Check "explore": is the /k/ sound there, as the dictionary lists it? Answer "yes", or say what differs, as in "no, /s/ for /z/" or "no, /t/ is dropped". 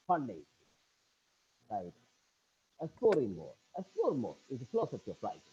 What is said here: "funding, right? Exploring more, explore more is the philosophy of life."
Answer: no, /k/ is dropped